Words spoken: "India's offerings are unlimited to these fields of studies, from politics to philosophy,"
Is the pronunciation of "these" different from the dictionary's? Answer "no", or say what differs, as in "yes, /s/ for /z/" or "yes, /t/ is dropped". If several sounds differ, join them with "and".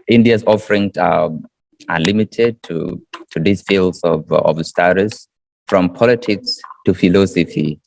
yes, /s/ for /z/